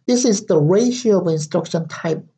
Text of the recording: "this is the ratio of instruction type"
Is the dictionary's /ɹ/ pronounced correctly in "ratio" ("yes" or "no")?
yes